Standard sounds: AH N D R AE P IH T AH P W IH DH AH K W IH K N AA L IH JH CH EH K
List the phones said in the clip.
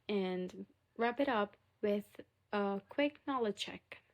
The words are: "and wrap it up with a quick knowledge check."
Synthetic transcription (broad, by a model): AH N R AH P IH T AH P W IH DH AH K W IH K N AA L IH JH CH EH K